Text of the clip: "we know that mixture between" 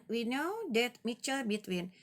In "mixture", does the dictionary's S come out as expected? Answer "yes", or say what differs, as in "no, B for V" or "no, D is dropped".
no, S is dropped